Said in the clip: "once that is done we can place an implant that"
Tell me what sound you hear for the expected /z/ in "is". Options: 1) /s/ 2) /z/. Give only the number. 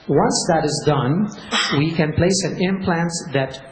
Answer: 2